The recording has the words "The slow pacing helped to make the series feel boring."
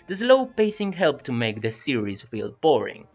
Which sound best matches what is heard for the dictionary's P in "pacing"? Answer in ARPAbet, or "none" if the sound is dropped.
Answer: P